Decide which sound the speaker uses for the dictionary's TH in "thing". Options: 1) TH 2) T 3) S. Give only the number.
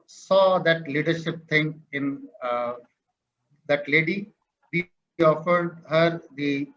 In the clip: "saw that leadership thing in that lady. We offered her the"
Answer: 2